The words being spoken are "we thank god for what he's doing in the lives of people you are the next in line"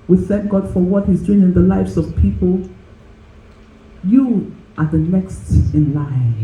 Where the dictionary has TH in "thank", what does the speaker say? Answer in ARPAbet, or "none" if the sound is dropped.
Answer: TH